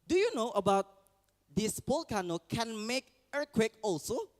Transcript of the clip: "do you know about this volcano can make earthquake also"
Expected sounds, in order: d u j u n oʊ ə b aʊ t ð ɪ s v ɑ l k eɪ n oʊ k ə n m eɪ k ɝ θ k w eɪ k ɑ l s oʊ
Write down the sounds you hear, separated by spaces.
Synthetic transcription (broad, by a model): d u j u n oʊ ə b aʊ t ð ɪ s p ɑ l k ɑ n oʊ k ə n m eɪ k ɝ k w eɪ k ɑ l s oʊ